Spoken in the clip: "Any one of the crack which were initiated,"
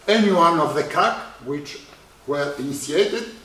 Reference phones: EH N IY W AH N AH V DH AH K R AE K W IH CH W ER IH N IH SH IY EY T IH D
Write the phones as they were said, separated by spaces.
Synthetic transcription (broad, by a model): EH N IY W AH N AH V DH AH K AE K W IH CH W ER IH N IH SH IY EY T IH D